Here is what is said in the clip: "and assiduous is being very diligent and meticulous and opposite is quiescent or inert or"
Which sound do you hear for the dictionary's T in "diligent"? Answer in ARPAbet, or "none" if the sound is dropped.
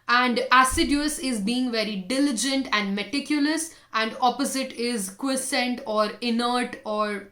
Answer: T